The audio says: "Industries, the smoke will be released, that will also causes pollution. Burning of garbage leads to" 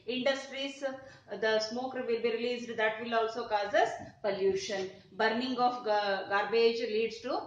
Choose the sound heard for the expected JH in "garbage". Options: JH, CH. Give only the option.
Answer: JH